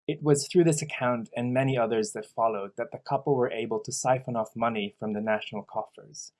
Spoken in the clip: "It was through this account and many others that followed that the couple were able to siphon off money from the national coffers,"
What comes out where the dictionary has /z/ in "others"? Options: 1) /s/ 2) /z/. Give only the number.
2